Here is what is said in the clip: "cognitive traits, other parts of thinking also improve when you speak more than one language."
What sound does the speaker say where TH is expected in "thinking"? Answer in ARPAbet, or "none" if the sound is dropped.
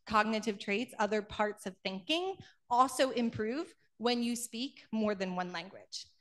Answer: TH